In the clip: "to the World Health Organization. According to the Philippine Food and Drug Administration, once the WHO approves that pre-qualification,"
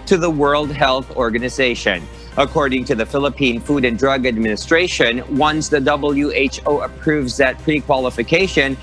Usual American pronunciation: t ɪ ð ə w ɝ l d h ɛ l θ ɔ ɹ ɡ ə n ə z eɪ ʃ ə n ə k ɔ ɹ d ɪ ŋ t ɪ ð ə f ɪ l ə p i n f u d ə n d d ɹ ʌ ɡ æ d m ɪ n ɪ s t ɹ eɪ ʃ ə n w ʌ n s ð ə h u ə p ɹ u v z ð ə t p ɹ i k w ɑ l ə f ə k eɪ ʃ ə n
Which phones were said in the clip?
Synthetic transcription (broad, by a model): t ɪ ð ə w ɝ l d h ɛ l θ ɔ ɹ ɡ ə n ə z eɪ ʃ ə n ə k ɔ ɹ d ɪ ŋ t ɪ ð ə f ɪ l ə p i n f u d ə n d d ɹ ʌ ɡ æ d m ɪ n ɪ s t ɹ eɪ ʃ ə n w ʌ n s ð ə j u ə p ɹ u v z ð ə t p ɹ i k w ɑ l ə f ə k eɪ ʃ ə n